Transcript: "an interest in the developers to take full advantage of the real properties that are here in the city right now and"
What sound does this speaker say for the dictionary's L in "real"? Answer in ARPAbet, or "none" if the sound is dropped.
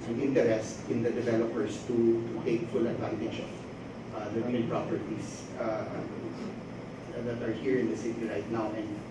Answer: N